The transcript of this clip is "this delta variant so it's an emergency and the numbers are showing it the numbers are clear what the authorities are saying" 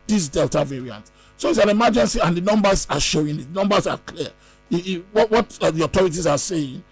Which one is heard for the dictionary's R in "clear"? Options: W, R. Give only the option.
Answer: W